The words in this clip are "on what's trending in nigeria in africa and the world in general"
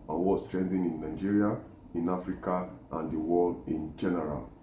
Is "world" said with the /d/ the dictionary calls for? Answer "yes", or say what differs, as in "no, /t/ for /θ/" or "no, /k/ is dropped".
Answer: no, /d/ is dropped